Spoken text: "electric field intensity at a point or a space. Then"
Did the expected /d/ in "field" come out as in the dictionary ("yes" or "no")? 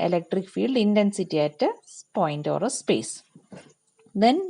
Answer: yes